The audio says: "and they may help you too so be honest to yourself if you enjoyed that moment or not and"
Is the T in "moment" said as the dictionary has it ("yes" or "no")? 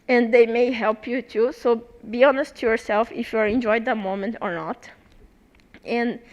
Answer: yes